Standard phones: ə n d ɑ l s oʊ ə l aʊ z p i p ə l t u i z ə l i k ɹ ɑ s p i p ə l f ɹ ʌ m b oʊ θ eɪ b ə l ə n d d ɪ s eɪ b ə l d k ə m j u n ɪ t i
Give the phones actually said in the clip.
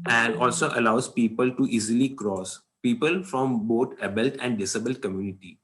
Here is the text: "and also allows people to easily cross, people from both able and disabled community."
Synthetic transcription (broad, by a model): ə n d ɑ l s oʊ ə l aʊ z p i p ə l t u i z ə l i k ɹ ɑ s p i p ə l f ɹ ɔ m b oʊ t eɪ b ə l ə n d d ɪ s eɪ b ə l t k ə m j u n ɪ t i